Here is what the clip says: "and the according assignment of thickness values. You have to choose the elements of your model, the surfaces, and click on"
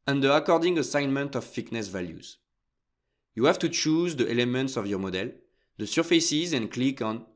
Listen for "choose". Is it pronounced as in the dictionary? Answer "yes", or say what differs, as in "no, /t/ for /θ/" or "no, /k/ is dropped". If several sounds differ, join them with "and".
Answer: yes